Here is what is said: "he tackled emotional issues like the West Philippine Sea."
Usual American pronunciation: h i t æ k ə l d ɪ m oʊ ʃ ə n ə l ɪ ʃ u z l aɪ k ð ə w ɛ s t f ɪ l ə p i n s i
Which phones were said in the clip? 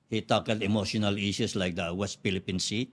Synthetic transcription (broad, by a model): h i t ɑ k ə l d ɪ m oʊ ʃ ə n ə l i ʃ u s l aɪ k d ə w ɛ s t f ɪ l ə p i n s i